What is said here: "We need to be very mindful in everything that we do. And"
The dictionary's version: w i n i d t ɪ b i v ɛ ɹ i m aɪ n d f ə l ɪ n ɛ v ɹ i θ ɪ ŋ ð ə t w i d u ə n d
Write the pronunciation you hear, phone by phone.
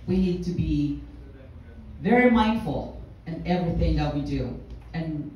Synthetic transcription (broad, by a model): w i n i d t ɪ b i v ɛ ɹ i m aɪ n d f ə l ɪ n ɛ v ɹ i θ ɪ ŋ ð ə t w i d u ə n